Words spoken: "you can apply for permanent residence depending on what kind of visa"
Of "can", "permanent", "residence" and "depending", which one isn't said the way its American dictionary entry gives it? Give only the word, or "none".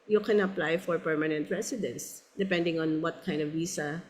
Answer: residence